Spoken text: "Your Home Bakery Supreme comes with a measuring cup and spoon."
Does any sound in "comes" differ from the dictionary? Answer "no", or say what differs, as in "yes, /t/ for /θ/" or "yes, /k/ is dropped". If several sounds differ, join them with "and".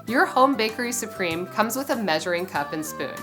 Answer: no